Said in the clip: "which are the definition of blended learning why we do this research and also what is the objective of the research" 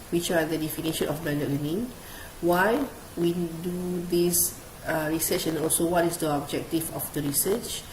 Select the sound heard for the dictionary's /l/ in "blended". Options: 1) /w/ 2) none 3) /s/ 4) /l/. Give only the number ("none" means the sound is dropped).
2